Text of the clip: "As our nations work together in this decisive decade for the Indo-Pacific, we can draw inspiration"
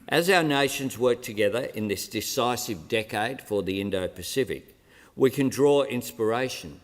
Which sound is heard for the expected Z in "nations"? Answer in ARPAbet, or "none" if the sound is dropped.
Z